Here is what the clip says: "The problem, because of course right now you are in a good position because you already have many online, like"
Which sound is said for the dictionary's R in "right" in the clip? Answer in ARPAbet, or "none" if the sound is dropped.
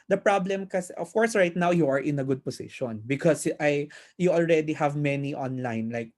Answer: R